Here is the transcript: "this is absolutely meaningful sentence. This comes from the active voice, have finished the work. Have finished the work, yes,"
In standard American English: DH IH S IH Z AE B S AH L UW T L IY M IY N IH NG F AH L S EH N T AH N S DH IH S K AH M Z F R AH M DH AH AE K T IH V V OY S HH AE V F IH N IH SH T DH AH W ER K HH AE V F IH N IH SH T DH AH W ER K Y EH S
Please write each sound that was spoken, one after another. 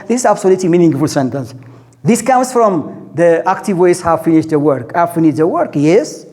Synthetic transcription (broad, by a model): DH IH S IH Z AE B S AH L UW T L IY M IY N IH NG F AH L S EH N T AH N S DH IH S K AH M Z F R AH M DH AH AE K T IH V W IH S HH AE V F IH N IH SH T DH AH W ER K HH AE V F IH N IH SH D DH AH W ER K Y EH S